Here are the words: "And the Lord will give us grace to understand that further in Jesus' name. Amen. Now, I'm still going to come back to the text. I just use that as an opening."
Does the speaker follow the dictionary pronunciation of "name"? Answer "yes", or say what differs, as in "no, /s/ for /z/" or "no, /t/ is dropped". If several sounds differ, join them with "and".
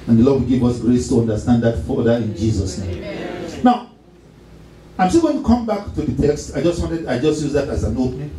no, /m/ is dropped